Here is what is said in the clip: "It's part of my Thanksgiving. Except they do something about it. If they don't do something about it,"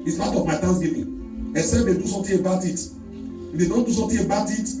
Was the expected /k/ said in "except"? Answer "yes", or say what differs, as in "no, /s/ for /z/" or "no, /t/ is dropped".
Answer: no, /k/ is dropped